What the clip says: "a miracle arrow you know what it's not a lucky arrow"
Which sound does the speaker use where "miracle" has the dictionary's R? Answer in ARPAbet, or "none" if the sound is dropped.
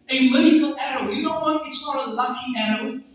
none